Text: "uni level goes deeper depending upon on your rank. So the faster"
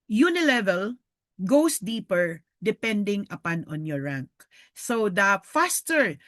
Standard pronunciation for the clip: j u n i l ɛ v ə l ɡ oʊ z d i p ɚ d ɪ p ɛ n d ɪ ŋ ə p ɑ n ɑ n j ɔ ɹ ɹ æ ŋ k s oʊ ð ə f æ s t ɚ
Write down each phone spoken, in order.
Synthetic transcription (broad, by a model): j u n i l ɛ v ə l ɡ oʊ s d i p ɚ d ɪ p ɛ n d ɪ ŋ ə p ɑ n ɑ n j ɔ ɹ ɹ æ ŋ k s oʊ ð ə f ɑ s t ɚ